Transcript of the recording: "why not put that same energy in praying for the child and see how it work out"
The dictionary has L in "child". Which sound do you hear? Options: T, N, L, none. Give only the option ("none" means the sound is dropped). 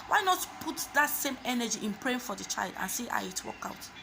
L